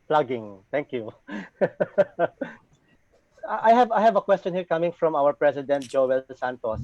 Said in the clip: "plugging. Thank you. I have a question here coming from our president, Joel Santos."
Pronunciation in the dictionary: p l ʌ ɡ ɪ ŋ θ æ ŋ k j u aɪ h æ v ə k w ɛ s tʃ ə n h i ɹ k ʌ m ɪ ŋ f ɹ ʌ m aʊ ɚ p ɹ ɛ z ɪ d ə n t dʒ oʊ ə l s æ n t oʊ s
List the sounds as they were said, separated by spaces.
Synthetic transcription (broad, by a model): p l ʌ ɡ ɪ ŋ t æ ŋ k j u aɪ h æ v ə k w ɛ s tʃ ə n h i ɹ k ʌ m ɪ ŋ f ɹ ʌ m aʊ ɚ p ɹ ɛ s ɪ d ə n t dʒ oʊ ə l s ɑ n t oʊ s